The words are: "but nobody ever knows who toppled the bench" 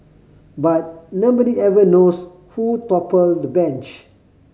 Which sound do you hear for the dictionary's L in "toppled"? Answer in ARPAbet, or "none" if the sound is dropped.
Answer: L